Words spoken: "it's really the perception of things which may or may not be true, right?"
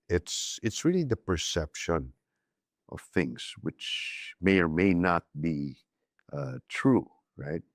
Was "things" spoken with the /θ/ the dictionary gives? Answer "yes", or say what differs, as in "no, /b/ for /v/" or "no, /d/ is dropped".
yes